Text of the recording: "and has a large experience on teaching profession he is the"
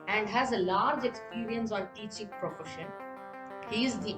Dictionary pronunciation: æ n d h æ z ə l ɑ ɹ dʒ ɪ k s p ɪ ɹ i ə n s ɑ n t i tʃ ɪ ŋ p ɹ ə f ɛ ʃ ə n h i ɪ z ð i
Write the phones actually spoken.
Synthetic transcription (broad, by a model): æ n d h æ z ə l ɑ ɹ dʒ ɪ k s p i ɹ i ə n s ɑ n t i tʃ ɪ ŋ p ɹ ə f ɛ ʃ ə n h i ɪ z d i